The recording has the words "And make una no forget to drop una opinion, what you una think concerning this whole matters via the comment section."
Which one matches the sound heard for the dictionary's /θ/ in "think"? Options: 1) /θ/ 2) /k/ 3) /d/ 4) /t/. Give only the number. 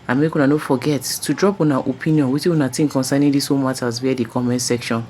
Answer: 4